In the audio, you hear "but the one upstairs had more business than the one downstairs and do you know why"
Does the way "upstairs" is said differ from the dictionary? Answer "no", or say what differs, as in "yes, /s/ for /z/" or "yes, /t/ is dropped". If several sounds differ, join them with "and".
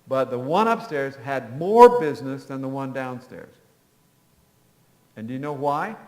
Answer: no